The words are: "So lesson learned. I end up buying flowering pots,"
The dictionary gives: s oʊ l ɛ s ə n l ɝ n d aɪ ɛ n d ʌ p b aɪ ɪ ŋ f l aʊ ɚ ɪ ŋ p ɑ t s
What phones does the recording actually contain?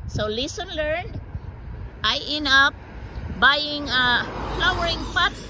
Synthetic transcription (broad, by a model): s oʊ l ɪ s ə n l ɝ n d aɪ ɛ n ʌ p b aɪ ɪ ŋ f l aʊ ɚ ɪ ŋ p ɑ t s